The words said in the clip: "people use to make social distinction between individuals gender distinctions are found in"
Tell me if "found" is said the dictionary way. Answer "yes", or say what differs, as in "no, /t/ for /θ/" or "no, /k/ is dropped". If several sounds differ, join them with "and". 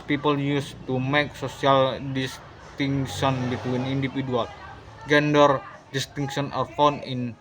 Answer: no, /d/ is dropped